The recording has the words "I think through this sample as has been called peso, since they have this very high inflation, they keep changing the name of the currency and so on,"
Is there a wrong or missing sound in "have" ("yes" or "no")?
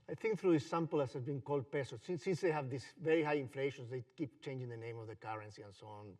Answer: no